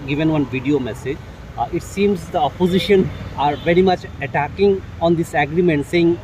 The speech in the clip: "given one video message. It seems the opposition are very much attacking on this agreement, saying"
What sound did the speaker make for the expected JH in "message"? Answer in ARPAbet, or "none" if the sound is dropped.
JH